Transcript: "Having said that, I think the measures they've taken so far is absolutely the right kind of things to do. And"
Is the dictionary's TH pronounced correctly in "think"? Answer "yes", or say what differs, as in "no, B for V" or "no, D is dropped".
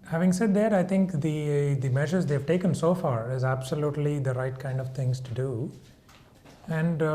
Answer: no, T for TH